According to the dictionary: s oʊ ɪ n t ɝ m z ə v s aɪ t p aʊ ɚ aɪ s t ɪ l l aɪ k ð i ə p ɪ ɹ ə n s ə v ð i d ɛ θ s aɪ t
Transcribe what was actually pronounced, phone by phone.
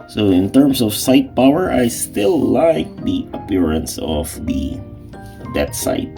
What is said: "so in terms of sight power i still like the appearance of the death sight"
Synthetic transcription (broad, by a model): s oʊ ɪ n t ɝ m s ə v s aɪ t p aʊ ɚ aɪ s t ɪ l l aɪ k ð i ə p ɪ ɹ ə n s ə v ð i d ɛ t s aɪ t